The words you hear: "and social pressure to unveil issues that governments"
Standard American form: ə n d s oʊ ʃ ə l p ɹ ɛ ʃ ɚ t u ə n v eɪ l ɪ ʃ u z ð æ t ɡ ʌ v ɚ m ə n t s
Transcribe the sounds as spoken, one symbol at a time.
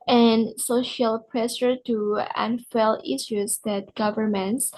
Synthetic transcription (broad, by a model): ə n s oʊ ʃ ə l p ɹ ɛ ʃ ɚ t u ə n f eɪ l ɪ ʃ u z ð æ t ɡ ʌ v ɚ m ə n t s